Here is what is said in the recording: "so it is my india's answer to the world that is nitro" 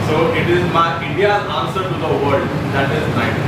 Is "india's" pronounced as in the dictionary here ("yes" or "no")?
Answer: no